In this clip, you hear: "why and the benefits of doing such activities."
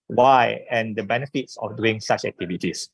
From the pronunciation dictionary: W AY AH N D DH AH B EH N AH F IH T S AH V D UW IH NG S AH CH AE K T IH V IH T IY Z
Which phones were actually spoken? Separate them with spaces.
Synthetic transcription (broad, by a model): W AY AH N D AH B EH N AH F IH T S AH F D UW IH NG S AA CH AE K T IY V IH T IY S